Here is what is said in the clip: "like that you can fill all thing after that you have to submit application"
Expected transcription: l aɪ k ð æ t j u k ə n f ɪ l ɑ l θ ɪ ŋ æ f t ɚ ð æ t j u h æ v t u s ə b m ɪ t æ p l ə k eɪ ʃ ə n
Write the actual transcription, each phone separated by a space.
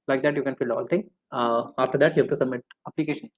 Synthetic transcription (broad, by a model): l aɪ k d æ t j u k ə n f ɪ l ɑ l t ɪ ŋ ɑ f t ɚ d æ t j u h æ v t u s ə b m ɪ t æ p l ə k eɪ ʃ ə n